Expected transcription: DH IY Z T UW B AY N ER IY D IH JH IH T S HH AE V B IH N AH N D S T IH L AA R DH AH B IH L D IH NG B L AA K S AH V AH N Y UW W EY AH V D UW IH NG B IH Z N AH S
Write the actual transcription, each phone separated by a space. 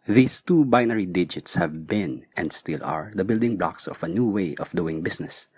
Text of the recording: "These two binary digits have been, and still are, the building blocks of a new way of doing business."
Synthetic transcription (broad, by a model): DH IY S T UW B AY N ER IY D IH JH IH T S HH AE V B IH N AH N D S T IH L AA R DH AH B IH L D IH NG B L AA K S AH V AH N Y UW W EY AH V D UW IH NG B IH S N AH S